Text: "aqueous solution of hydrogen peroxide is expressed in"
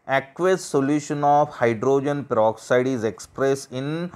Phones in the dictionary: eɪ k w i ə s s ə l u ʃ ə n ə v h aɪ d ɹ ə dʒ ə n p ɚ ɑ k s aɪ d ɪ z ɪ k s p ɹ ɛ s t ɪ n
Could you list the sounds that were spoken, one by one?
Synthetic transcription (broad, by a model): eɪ k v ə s s ə l u ʃ ə n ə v h aɪ d ɹ ə dʒ ə n p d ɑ k s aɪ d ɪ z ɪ k s p ɹ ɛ s ɪ n